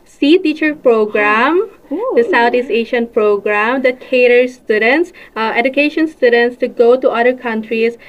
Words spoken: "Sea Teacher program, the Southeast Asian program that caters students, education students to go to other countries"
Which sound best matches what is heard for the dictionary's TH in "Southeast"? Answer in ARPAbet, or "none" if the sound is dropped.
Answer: T